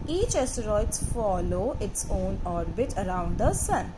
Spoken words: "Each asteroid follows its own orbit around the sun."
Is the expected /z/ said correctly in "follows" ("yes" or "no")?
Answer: no